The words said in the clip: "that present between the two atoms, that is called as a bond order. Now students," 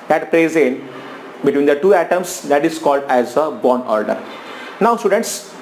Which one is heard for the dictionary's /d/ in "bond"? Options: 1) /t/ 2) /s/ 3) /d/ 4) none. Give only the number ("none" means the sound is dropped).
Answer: 4